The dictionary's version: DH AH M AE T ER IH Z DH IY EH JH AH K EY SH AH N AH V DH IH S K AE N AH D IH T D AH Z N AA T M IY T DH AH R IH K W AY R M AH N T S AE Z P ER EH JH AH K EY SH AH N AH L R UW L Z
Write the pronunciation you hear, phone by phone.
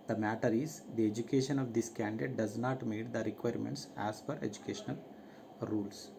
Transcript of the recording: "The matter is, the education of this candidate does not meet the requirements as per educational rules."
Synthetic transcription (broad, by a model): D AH M AE T ER IH Z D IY EH JH AH K EY SH AH N AH V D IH S K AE N D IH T D AH Z N AA T M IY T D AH R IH K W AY R M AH N T S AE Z F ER EH JH AH K EY SH AH N AH L R UW L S